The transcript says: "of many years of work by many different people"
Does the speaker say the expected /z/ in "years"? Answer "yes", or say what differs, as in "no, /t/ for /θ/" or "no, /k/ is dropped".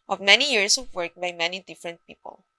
no, /s/ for /z/